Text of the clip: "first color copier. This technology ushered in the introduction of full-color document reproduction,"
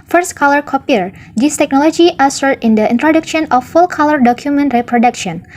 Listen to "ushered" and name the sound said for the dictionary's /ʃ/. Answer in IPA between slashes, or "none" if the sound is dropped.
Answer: /s/